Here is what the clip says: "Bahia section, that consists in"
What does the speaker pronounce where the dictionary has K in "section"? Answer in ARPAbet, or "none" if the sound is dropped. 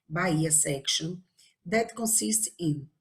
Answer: K